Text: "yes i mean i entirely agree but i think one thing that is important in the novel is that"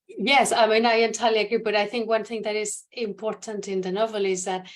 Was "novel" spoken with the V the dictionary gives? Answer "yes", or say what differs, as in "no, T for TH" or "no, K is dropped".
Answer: yes